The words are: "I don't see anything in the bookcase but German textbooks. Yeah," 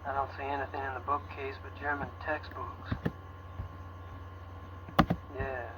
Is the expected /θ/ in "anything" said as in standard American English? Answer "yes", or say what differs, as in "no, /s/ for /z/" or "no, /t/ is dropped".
yes